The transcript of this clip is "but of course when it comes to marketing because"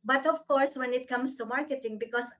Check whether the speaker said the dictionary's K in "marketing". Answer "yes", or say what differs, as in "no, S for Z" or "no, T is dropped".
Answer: yes